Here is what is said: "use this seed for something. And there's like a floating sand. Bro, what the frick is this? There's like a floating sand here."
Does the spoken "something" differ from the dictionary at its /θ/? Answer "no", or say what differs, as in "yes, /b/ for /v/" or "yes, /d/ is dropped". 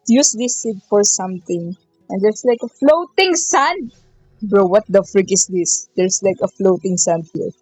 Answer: yes, /t/ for /θ/